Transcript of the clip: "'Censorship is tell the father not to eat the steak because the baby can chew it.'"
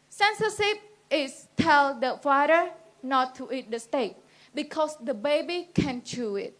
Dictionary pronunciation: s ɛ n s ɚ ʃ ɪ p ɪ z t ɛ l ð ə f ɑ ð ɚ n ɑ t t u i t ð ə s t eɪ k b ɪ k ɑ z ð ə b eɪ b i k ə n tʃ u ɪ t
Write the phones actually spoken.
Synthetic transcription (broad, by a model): s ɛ n s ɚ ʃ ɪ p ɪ s t ɛ l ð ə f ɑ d ɚ n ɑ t t u i t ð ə s t eɪ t b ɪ k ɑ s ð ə b eɪ b i k ə n tʃ u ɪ t